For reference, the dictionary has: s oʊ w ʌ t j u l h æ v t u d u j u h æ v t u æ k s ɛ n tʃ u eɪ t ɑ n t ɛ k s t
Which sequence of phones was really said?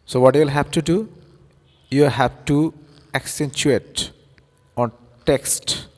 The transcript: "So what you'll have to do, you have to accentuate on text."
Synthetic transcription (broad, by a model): s oʊ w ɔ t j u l h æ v t u d u j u h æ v t u æ k s ɛ n tʃ u eɪ t ɑ n t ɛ k s t